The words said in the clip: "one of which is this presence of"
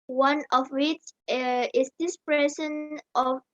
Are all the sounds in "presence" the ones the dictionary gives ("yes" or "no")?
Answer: no